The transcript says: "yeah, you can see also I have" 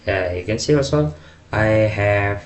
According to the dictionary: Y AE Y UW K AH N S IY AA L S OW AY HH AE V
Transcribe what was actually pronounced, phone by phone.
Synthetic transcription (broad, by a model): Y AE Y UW K AH N S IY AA S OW AY HH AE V